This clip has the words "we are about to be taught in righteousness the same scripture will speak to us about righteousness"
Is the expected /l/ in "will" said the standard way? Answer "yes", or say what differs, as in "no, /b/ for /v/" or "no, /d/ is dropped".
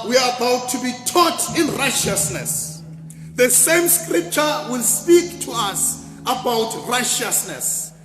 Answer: yes